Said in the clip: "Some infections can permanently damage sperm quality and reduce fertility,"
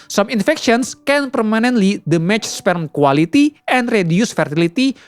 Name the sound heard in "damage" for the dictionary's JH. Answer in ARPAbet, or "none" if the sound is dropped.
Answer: CH